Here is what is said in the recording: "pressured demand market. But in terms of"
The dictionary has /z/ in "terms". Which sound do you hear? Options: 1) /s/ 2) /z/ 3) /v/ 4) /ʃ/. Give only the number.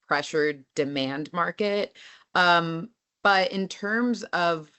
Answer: 2